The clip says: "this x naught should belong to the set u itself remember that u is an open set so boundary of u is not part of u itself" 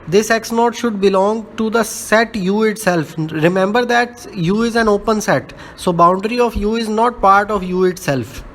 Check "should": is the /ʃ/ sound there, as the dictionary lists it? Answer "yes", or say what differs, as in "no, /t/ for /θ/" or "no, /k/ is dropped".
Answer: yes